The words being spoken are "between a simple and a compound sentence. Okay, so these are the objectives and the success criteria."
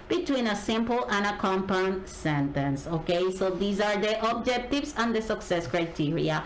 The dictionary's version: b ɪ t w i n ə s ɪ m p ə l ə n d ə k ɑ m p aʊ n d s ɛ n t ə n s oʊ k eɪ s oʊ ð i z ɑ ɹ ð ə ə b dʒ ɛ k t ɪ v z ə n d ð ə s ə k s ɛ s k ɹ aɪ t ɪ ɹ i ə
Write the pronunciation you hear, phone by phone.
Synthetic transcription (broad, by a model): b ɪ t w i n ə s ɪ m p ə l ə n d ə k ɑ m p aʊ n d s ɛ n t ə n s oʊ k eɪ s oʊ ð i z ɑ ɹ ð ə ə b dʒ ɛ k t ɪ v s ə n d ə s ə k s ɛ s k ɹ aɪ t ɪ ɹ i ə